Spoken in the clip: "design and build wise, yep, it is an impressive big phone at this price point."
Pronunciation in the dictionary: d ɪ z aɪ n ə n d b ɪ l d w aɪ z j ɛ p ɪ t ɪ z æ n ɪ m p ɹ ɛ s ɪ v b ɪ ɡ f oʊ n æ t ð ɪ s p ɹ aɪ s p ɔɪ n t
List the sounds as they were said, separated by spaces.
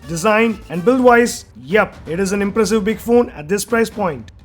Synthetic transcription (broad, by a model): d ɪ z aɪ n ə n d b ɪ l d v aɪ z j ɛ p ɪ t ɪ z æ n ɪ m p ɹ ɛ s ɪ v b ɪ ɡ f oʊ n æ t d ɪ s p ɹ aɪ s p ɔɪ n t